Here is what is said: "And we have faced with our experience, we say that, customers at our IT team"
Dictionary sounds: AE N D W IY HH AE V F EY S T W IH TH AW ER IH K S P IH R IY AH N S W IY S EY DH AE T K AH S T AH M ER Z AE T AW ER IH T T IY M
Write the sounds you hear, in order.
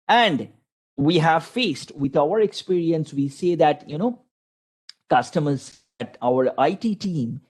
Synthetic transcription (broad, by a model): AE N D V IY HH AE V F EY S T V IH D AW ER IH K S P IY R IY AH N S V IY S EY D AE T K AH S T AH M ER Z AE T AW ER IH T T IY M